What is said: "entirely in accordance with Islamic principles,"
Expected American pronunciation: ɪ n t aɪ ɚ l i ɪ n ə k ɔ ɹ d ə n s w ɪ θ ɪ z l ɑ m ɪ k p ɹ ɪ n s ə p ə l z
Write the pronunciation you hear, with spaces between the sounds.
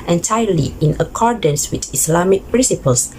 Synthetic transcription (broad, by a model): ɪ n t aɪ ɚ l i ɪ n ə k ɔ ɹ d ə n s w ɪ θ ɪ s l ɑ m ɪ k p ɹ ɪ n s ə p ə l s